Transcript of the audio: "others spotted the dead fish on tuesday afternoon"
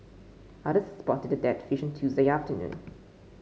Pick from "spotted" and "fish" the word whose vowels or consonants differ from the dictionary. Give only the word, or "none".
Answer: none